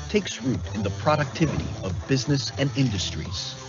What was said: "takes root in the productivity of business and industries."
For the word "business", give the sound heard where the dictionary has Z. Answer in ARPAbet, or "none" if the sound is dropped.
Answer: Z